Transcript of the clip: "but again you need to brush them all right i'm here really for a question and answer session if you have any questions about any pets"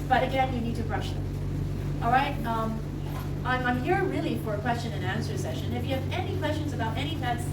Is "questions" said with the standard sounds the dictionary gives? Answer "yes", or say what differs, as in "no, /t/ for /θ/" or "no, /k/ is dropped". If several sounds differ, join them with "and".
yes